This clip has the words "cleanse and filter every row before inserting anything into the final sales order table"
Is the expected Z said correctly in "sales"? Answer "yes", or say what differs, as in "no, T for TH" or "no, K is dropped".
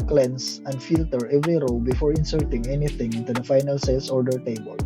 no, S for Z